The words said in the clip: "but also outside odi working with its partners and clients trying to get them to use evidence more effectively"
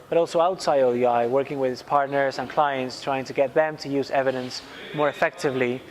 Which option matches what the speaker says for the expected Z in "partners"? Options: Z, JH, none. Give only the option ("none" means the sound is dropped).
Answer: Z